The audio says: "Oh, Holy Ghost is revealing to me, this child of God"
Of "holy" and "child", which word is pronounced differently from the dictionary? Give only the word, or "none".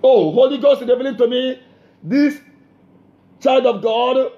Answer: none